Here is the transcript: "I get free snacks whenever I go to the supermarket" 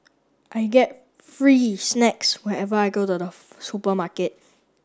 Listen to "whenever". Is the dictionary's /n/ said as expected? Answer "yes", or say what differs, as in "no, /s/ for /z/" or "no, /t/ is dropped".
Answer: no, /n/ is dropped